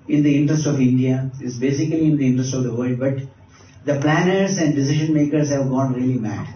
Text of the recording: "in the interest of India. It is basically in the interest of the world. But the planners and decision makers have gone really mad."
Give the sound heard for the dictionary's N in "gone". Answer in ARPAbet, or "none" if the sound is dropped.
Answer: N